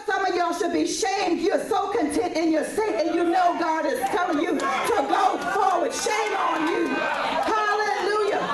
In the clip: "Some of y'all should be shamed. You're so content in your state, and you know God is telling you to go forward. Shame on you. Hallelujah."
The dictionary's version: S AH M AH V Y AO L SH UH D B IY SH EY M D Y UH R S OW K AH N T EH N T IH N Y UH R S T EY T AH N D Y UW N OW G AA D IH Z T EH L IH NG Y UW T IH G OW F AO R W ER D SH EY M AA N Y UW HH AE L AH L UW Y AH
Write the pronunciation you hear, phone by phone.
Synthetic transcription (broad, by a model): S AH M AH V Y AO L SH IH D B IY SH EY M D Y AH R S OW K AH N T EH N T IH N Y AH R S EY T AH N Y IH N OW G AA D IH Z T EH L IH NG Y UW T IH G OW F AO L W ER SH EY M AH N Y UW HH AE L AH L UW Y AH